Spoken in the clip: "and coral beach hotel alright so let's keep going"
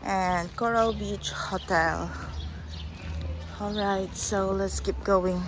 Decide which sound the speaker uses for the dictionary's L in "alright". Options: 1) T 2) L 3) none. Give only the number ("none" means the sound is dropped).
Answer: 2